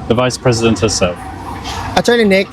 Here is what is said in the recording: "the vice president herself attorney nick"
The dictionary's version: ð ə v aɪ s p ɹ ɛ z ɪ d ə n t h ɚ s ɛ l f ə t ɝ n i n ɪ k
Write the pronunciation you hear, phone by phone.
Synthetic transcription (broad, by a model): ð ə v aɪ s p ɹ ɛ z ɪ d ə n t h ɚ s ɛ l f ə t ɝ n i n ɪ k